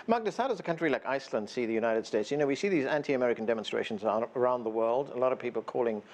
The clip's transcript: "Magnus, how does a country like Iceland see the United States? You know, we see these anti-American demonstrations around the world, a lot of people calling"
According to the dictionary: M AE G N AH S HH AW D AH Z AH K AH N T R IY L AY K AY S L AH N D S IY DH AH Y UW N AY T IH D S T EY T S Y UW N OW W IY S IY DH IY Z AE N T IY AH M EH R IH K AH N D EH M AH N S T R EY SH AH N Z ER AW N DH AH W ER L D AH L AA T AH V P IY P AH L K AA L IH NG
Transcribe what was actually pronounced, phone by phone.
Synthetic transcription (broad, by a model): M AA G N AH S HH AW D AH Z AH K AH N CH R IY L AY K AY S L AH N D S IY DH AH Y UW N AY T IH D S T EY T S Y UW N OW W IY S IY DH IY Z AE N T IY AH M EH R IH K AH N D EH M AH N S T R EY SH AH N Z ER AW N DH AH W ER L D AH L AA T AH V P IY P L K AA L IH NG